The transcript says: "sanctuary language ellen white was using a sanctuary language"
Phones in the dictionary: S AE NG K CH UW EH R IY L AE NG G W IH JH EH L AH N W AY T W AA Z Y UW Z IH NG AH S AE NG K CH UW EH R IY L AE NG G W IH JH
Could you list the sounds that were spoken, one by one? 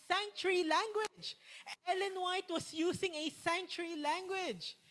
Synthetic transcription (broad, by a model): S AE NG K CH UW R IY L AE NG G W IH JH EH L AH N W AY T W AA S Y UW S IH NG AH S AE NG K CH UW R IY L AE NG G W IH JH